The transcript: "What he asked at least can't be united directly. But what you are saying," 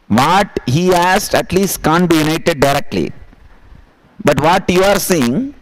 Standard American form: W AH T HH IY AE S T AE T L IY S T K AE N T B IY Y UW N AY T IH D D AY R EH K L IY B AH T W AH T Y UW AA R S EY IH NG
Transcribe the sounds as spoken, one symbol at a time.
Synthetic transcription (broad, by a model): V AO T HH IY AE S T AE T L IY S T K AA N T B IY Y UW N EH T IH D D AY R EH K L IY B AH T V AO T Y UW AA R S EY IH NG